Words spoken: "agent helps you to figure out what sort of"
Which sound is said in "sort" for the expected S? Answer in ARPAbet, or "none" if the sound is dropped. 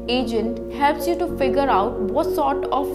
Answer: S